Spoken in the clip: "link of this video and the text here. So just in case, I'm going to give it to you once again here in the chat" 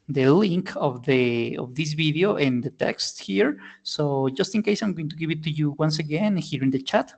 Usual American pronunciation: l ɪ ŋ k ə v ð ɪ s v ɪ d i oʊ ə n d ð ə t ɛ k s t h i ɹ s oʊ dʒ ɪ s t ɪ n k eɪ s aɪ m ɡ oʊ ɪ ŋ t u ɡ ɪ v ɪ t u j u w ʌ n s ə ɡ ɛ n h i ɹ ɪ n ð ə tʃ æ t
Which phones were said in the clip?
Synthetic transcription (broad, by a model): l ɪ ŋ k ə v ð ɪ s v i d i oʊ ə n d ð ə t ɛ k s t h i ɹ s oʊ dʒ ɪ s t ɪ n k eɪ s aɪ m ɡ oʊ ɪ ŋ t u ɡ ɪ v ɪ t u j u w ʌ n s ə ɡ ɛ n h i ɹ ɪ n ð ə tʃ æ t